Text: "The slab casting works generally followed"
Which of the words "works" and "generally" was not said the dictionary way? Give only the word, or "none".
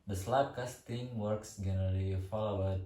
generally